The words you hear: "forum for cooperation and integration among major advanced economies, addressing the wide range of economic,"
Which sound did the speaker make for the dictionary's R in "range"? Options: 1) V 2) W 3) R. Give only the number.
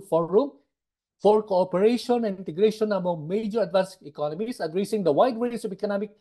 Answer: 2